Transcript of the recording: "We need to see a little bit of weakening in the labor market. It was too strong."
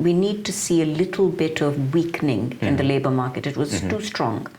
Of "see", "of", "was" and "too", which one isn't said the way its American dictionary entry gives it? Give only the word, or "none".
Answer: none